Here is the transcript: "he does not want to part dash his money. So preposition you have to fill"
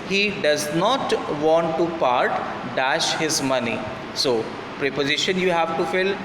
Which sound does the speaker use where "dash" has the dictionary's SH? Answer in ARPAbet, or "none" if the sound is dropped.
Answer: SH